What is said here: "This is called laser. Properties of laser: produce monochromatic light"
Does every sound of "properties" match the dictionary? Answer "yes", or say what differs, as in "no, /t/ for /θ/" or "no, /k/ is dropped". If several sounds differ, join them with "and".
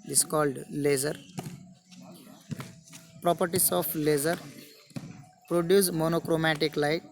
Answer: no, /s/ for /z/